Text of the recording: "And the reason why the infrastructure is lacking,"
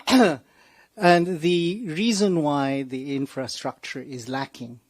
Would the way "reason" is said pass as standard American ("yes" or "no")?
yes